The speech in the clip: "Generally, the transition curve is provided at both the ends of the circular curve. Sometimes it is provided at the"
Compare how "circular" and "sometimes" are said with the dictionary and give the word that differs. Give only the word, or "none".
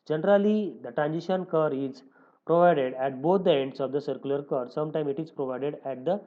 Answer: sometimes